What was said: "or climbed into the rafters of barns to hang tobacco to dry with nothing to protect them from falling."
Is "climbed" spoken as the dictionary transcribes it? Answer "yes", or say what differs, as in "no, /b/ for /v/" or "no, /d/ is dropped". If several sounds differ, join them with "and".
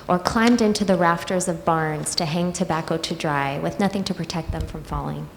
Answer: yes